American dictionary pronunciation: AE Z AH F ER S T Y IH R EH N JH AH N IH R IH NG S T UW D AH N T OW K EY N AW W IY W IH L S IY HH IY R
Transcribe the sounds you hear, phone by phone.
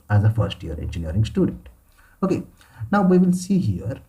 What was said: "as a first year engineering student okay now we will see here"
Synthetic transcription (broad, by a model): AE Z AH F ER S T Y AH R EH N JH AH N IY R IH NG S T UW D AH N T OW K EY N AW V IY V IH L S IY HH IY R